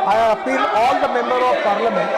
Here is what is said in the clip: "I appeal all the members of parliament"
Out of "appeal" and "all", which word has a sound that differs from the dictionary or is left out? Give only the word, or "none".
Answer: appeal